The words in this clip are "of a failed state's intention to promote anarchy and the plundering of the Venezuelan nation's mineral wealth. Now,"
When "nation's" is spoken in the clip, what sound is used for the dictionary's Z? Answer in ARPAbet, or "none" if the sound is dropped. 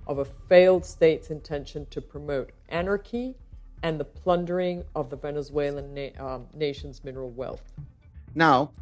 Z